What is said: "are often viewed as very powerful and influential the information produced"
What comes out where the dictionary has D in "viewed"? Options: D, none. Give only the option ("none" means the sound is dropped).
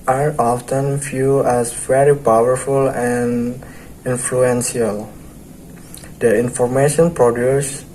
none